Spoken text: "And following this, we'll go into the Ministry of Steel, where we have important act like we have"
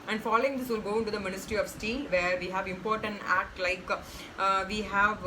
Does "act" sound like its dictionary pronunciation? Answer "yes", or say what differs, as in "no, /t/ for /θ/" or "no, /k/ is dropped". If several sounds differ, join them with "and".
yes